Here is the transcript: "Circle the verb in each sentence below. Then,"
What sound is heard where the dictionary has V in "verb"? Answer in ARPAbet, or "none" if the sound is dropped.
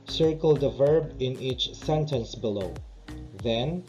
V